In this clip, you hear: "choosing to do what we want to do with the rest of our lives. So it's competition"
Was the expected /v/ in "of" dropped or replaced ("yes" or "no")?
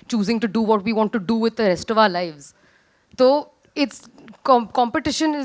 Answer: no